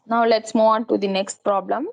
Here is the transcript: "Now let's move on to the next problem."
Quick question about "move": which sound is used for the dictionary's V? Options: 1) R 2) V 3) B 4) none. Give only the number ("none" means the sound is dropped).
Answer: 4